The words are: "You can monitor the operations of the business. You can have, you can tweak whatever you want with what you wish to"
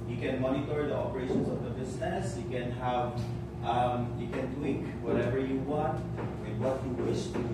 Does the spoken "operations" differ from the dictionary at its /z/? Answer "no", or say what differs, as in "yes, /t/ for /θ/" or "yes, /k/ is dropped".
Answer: yes, /s/ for /z/